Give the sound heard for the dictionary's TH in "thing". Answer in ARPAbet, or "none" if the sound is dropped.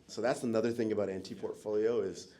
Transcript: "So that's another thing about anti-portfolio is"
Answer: TH